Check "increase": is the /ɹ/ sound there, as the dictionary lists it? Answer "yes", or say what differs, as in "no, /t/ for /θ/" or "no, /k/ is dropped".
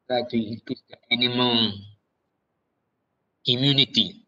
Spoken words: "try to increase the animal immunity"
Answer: no, /ɹ/ is dropped